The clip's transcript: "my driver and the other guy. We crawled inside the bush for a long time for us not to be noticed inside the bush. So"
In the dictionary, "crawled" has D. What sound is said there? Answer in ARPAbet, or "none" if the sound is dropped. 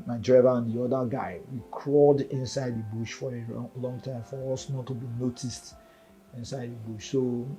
D